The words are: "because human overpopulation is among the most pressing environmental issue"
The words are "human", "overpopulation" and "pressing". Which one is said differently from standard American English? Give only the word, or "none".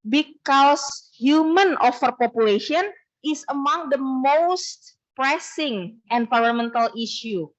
overpopulation